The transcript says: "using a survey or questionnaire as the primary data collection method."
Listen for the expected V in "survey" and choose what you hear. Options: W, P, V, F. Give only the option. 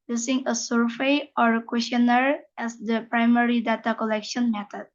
F